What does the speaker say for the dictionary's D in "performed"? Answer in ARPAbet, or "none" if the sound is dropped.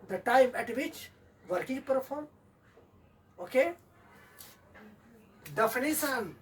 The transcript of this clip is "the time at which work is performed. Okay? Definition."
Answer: none